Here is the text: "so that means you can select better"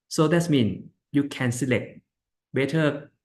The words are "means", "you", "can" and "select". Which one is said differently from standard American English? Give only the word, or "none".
means